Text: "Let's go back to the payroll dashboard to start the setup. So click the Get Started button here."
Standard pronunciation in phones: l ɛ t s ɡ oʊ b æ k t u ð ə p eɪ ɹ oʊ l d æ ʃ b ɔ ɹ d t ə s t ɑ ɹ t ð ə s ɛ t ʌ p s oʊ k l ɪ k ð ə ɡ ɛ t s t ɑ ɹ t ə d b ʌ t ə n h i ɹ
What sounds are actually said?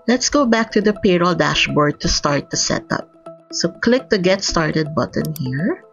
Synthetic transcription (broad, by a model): l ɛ t s ɡ oʊ b æ k t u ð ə p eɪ ɹ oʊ l d æ ʃ b ɔ ɹ d t ə s t ɑ ɹ t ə s ɛ t ʌ p s oʊ k l ɪ k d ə ɡ ɛ t s t ɑ ɹ t ə d b ʌ t ə n h i ɹ